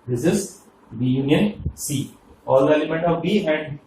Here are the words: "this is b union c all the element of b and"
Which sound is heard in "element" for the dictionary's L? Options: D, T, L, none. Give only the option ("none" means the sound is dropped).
L